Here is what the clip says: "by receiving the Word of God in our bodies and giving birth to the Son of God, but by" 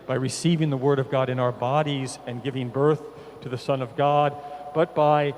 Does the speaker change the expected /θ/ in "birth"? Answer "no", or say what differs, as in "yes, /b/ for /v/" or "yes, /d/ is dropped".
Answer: no